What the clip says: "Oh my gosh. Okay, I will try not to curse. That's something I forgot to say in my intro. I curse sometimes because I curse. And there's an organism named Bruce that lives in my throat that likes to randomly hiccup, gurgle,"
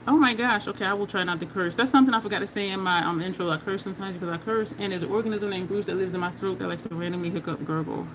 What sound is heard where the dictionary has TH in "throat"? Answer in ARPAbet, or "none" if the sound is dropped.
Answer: TH